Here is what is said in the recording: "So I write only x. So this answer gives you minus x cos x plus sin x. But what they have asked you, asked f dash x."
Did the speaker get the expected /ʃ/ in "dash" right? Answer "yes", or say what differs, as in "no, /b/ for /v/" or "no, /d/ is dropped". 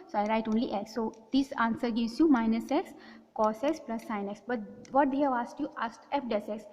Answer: no, /s/ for /ʃ/